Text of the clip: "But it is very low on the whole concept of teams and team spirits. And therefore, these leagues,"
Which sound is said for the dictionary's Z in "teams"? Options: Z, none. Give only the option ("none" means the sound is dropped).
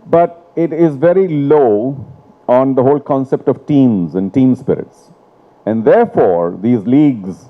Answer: Z